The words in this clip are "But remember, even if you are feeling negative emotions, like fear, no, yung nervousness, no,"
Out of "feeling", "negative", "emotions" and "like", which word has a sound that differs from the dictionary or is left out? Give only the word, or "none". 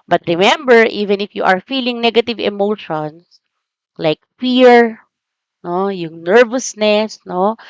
emotions